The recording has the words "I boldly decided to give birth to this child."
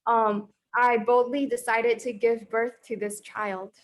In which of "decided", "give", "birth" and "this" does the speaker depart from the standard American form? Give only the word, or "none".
none